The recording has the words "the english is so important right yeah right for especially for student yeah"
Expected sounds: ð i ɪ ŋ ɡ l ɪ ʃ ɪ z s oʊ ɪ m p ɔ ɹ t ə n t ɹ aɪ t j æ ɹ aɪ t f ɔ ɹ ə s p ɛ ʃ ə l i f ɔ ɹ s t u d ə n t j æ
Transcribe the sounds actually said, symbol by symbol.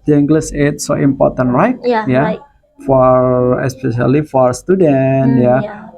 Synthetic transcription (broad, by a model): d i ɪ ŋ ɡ l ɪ s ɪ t s oʊ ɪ m p ɔ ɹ t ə n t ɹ aɪ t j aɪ f ɔ ɹ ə s p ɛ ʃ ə l i f ɔ ɹ s t u d ə n t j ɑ